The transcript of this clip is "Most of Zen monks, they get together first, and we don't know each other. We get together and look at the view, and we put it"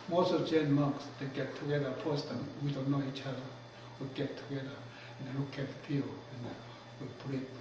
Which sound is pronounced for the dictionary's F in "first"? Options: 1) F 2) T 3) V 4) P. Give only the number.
4